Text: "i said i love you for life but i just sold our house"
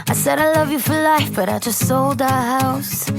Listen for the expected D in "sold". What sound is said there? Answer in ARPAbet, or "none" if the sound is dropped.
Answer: D